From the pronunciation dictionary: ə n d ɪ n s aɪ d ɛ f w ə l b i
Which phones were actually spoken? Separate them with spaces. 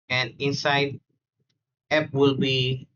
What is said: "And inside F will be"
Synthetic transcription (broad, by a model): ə n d ɪ n s aɪ d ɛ p w ə l b i